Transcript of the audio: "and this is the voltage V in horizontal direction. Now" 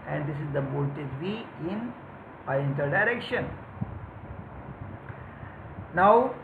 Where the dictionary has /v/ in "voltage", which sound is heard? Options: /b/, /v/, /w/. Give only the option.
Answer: /b/